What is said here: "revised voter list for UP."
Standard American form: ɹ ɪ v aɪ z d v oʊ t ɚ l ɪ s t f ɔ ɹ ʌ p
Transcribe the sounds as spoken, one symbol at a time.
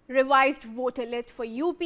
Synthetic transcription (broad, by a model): ɹ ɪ v aɪ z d v oʊ t ɚ l ɪ s t f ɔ ɹ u p